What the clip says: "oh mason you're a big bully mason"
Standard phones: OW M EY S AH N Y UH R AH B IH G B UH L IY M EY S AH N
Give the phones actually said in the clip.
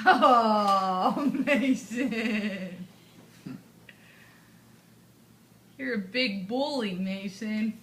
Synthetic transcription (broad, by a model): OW M EY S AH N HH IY R AH B IH G B UH L IY M EY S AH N